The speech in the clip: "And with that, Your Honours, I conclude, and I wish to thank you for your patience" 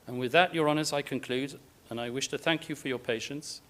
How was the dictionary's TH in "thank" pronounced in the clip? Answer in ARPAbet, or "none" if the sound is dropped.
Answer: TH